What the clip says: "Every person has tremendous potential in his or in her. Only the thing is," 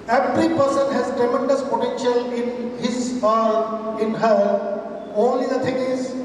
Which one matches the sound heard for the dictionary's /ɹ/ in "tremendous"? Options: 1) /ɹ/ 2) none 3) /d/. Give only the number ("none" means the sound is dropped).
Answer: 2